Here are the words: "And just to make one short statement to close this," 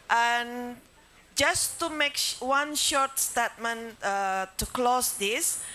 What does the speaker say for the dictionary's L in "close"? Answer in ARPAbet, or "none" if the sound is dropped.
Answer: L